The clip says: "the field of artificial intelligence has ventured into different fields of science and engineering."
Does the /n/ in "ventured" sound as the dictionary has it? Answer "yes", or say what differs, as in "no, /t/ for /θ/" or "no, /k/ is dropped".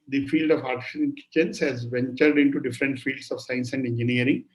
yes